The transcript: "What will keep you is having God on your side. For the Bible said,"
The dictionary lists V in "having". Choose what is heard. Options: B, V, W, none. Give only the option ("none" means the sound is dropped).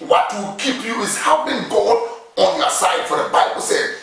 B